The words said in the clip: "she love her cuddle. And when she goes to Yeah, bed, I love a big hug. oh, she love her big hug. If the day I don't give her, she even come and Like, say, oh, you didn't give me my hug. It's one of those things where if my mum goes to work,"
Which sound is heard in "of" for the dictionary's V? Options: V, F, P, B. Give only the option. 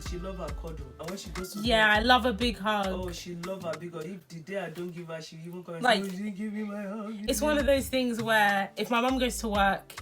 V